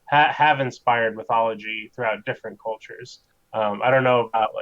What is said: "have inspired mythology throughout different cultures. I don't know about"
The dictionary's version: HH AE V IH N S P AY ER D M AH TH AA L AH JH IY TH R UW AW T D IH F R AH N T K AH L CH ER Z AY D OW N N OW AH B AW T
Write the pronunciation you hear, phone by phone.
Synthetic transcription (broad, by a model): HH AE V IH N S P AY ER D M AH TH AA L AH JH IY TH R UW AW T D IH F R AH N K AH L CH ER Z AY D OW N N OW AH B AW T